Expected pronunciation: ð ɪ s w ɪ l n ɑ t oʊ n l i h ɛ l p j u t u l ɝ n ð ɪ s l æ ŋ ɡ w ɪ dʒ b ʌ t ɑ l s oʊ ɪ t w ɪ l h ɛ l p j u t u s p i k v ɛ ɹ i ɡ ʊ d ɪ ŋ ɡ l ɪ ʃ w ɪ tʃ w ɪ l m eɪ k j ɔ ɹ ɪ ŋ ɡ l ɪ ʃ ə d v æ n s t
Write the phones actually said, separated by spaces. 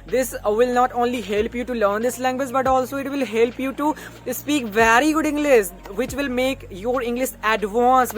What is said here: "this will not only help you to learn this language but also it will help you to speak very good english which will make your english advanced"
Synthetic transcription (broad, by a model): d ɪ s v ɪ l n ɑ t oʊ n l i h ɛ l p j u t u l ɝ n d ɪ s l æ ŋ ɡ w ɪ dʒ b ʌ t ɑ l s oʊ ɪ t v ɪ l h ɛ l p j u t u s p i k v ɛ ɹ i ɡ ʊ d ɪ ŋ ɡ l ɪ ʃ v ɪ tʃ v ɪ l m eɪ k j ɔ ɹ ɪ ŋ ɡ l ɪ ʃ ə d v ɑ n s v